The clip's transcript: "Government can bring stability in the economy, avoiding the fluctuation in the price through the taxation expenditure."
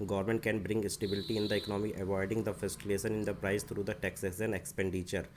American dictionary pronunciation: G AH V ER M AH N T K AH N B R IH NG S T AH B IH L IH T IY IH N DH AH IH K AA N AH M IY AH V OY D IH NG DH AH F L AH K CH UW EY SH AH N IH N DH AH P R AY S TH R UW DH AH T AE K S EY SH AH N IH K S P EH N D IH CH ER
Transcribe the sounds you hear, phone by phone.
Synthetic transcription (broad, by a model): G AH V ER M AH N T K AH N B R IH NG S T AH B IH L IH T IY IH N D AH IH K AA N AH M IY AH V OY D IH NG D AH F AH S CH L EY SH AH N IH N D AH P R AY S T R UW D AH T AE K S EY S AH N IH K S P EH N D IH CH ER